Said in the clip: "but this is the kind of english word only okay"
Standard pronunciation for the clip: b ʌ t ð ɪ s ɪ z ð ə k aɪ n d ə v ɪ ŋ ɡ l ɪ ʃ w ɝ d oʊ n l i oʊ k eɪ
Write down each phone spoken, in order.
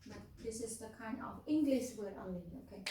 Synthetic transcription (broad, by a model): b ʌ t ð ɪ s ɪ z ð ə k aɪ n d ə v ɪ ŋ ɡ l ɪ ʃ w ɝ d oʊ l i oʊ k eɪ